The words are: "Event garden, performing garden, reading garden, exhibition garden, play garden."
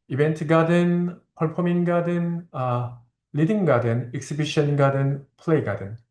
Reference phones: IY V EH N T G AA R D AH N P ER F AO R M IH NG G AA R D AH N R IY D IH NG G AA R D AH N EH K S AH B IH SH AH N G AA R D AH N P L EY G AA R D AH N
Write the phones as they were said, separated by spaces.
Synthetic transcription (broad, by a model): IY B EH N T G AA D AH N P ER P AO M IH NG G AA D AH N L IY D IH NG G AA D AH N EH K S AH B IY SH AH N G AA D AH N P L EY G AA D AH N